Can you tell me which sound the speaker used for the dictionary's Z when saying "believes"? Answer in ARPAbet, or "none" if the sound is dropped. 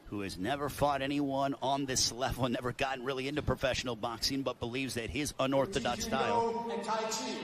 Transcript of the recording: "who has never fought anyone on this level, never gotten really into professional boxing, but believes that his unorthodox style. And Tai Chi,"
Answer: Z